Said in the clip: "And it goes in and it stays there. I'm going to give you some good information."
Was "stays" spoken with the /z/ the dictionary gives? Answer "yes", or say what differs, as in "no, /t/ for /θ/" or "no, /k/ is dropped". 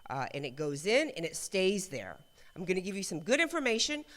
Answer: yes